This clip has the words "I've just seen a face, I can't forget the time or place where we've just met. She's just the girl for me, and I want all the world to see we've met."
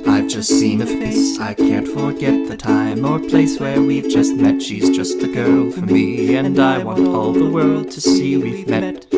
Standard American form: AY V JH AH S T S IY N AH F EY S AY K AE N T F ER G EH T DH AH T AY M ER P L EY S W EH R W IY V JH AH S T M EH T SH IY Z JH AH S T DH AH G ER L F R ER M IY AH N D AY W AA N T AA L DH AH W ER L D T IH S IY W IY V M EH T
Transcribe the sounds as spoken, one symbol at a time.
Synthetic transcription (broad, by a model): AY V JH AH S T S IY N AH P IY S AY K AE N T F ER G EH T DH AH T AY M ER P L EY S W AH R W IY V JH AH S T M EH T SH IY Z JH AH S T DH AH G ER L F R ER M IY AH N AY W AA N T AA L DH AH W ER L D T IH S IY W IY V M EH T